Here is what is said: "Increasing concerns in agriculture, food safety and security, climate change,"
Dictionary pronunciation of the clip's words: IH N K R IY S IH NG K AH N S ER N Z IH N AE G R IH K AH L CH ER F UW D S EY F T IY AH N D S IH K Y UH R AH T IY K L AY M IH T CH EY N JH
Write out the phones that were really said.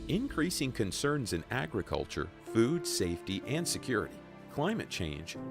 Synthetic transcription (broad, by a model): IH N K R IY S IH NG K AH N S ER N Z IH N AE G R IH K AH L CH ER F UW D S EY F T IY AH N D S IH K Y UH R AH T IY K L AY M IH T CH EY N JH